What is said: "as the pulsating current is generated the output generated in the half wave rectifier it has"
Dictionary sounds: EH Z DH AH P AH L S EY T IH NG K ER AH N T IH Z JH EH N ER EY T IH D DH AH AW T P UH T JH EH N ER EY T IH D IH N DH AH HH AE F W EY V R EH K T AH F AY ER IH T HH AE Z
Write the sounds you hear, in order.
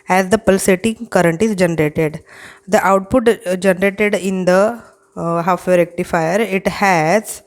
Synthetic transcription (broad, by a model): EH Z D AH P AH L S EY T IH NG K ER AH N T IH Z JH EH N ER EY T IH D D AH AW T P UH T JH EH N ER EY T IH D IH N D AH HH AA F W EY R EH K T AH F AY ER IH T HH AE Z